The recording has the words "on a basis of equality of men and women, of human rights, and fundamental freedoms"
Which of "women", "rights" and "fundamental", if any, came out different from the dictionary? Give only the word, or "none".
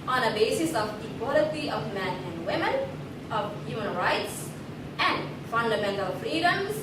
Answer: none